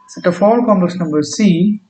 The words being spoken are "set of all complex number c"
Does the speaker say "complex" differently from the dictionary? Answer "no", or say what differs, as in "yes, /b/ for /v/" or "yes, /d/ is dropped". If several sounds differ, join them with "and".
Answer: yes, /l/ is dropped